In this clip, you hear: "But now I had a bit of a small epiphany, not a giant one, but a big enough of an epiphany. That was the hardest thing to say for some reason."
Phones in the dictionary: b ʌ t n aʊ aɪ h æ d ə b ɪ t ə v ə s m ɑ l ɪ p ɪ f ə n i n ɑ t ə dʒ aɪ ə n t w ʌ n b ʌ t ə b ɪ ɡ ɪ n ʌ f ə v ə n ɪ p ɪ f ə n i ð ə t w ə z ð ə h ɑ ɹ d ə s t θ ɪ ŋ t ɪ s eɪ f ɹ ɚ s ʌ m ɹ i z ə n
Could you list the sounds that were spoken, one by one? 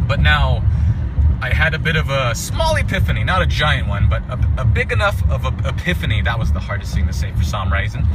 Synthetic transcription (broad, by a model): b ʌ t n aʊ aɪ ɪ d ə b ɪ t ə v ə s m ɑ l ɪ p ɪ f ə n i n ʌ t ə dʒ aɪ ə n t w ʌ n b ʌ t ə b ɪ ɡ ɪ n ʌ f ə v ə ɪ p ɪ f ə n i ð ə t w ə z ð ə h ɑ ɹ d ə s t s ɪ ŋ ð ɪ s eɪ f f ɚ s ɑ m ɹ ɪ z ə n